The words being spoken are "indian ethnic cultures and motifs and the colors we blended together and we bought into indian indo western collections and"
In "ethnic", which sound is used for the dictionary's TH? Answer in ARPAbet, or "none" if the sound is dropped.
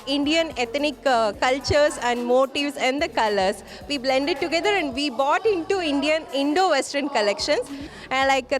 T